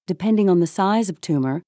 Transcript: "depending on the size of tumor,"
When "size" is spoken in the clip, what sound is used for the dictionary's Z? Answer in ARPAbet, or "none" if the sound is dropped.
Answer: Z